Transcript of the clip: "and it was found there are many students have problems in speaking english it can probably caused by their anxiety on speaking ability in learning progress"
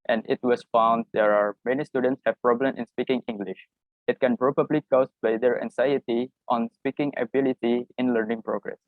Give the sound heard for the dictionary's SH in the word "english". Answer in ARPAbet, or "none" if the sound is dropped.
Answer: SH